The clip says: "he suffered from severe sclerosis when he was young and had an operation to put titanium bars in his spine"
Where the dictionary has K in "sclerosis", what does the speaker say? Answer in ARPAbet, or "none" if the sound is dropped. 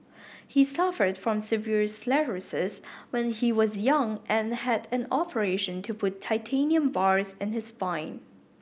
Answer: none